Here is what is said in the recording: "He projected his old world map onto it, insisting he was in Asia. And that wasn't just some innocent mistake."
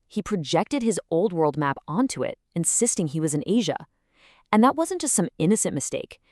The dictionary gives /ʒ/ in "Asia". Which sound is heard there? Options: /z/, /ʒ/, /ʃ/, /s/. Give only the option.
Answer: /ʒ/